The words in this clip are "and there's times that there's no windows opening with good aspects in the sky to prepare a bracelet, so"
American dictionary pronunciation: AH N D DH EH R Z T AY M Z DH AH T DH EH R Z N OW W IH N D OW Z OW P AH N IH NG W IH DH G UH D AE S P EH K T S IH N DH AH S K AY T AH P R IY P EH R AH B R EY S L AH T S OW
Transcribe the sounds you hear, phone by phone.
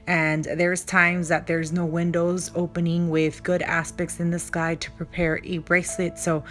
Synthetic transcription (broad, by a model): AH N DH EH R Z T AY M Z DH AH T DH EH R Z N OW W IH N D OW Z OW P AH N IH NG W IH DH G UH D AE S P EH K T S IH N DH AH S K AY T AH P R IY P EH R AH B R EY S L AH T S OW